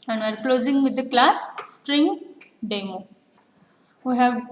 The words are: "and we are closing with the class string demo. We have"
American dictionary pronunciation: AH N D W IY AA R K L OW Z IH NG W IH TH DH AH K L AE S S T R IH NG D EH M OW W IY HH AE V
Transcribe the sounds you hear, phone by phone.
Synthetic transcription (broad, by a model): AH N D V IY AA R K L OW Z IH NG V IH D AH K L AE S S T R IH NG D EH M OW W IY HH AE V